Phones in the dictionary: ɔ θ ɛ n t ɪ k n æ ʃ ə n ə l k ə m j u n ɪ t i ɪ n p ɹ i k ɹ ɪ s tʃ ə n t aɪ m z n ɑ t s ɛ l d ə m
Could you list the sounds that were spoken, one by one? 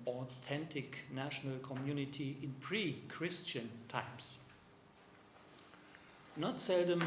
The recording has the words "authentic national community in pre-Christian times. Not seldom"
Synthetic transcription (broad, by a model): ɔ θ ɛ n t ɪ k n æ ʃ ə n ə l k ə m j u n ɪ t i ɪ n p ɹ i k ɹ ɪ s tʃ ə n t aɪ m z n ɑ t s ɛ l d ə m